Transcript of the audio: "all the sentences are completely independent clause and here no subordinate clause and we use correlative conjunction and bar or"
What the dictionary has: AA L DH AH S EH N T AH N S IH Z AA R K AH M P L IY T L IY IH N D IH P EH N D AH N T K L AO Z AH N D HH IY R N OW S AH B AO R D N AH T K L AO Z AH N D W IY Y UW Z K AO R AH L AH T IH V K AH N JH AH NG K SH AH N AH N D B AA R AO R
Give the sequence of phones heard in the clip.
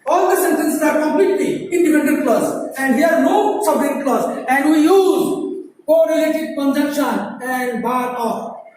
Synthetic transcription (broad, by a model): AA L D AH S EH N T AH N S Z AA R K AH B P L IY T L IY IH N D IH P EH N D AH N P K L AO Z AH N D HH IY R N OW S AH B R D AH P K L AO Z AH N D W IY Y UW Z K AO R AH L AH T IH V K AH N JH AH K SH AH N AH N D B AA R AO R